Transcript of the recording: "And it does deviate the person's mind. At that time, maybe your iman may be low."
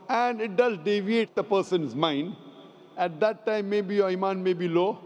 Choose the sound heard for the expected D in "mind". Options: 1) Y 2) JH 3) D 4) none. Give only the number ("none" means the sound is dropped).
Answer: 3